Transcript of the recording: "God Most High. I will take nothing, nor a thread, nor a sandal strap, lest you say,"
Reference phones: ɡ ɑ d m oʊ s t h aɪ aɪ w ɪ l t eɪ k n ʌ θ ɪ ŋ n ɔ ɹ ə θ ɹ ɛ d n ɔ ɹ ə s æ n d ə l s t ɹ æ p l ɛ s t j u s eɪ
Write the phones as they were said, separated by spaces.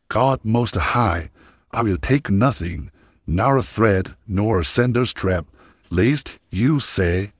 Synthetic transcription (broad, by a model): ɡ ɑ d m oʊ s t h aɪ aɪ w ɪ l t eɪ k n ʌ θ ɪ ŋ n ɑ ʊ ə θ ɹ ɛ d n ɔ ɹ ə s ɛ n d ə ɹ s t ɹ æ p l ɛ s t j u s eɪ